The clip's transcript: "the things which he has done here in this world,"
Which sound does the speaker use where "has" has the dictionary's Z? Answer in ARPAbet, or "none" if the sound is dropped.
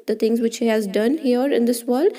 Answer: Z